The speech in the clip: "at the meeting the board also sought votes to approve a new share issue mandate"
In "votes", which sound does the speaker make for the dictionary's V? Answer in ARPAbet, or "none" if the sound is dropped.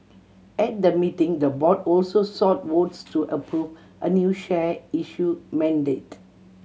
W